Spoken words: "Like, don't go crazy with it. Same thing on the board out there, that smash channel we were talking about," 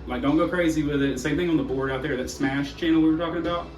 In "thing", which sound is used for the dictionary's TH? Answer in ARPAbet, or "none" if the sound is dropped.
TH